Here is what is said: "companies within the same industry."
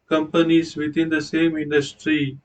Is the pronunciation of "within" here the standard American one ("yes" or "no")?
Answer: no